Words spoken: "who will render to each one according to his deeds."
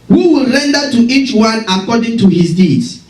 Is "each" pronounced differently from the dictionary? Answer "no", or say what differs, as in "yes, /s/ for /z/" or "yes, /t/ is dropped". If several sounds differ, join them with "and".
no